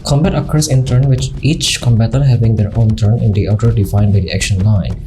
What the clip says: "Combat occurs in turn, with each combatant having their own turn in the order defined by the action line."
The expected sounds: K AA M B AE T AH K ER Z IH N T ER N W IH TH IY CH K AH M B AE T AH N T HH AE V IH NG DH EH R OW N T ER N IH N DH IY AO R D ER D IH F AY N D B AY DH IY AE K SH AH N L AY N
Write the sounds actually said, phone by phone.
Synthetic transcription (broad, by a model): K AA M B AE T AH K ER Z IH N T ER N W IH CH IY CH K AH M B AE T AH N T HH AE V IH NG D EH R OW N T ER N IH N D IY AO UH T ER D IH F AY N D B AY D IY AE K SH AH N L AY N